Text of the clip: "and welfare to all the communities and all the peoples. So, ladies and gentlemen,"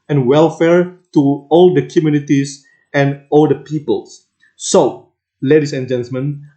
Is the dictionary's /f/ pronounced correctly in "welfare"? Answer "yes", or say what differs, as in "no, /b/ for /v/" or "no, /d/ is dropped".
yes